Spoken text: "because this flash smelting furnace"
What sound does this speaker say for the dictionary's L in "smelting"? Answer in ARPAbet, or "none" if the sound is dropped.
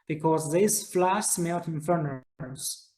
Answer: N